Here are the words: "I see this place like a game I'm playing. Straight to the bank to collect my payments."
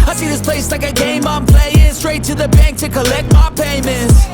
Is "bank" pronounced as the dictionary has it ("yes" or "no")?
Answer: yes